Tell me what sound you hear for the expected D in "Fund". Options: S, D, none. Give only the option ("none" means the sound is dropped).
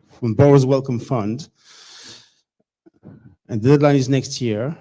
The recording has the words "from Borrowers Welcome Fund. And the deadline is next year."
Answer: D